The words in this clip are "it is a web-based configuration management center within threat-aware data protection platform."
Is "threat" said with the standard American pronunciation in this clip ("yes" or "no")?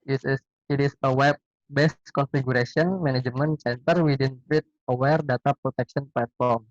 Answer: no